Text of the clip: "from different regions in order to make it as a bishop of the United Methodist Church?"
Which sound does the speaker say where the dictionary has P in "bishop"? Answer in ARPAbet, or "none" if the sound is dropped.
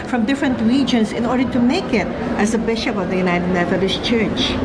P